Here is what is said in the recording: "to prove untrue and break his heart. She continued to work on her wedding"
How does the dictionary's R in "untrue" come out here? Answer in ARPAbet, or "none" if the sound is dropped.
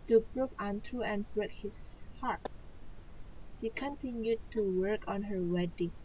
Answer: none